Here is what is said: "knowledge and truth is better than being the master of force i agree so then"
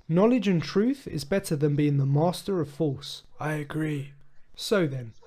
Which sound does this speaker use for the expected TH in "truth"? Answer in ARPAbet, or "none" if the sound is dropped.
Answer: TH